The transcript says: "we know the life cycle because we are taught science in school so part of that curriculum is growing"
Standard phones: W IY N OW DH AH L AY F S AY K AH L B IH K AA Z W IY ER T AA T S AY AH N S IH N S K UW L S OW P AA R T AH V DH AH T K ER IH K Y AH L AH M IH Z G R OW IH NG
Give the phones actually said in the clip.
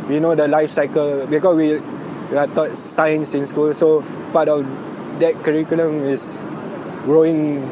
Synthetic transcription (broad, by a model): W IY N OW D AH L AY F S AY K AH L B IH K AA S W IY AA T AA T S AY AH N S IH N S K UW L S OW P AA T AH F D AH T K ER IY K Y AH L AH M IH S G R OW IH NG